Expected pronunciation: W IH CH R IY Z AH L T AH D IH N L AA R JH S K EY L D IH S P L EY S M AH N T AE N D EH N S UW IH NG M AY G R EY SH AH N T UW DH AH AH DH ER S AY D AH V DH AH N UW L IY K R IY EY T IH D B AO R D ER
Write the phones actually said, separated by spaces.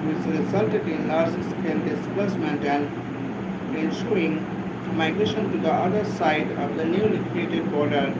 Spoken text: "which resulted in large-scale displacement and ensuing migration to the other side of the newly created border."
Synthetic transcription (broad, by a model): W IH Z R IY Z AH L T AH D IH N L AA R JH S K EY N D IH S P L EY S M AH N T AE N D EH N SH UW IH NG M AY G R EY SH AH N T UW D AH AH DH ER S AY D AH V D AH N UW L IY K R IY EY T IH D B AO R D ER